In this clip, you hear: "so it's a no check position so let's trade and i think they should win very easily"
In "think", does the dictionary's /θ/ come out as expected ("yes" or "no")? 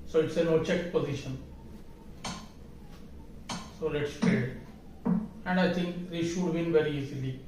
no